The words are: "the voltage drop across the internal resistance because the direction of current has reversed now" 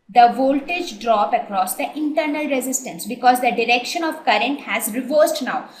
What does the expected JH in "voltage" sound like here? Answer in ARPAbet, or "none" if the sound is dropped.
JH